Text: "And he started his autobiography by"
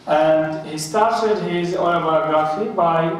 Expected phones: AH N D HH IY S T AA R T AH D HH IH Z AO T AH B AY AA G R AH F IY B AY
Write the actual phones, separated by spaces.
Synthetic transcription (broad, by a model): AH N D HH IY S T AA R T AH D HH IH Z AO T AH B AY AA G R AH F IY B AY